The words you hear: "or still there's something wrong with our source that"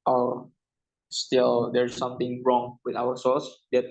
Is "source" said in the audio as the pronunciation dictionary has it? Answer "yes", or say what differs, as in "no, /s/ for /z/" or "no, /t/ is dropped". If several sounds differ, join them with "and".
no, /l/ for /ɹ/